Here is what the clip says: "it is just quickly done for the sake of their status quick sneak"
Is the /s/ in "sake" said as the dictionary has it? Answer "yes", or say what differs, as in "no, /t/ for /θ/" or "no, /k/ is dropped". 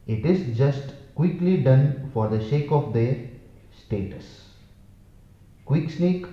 no, /ʃ/ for /s/